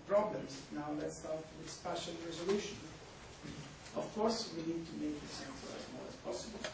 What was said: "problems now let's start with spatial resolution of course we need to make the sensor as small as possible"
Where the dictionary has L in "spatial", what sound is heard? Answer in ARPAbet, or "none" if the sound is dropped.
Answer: N